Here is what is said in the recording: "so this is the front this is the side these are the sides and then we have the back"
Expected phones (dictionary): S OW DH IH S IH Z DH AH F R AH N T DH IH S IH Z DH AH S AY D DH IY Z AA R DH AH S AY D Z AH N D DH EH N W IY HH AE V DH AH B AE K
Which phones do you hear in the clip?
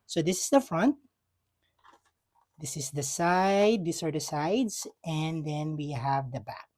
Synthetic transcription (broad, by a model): S OW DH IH S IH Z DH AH F R AH N T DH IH S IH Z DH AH S AY D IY S AA R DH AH S AY D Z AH N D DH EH N W IY HH AE V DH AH B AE K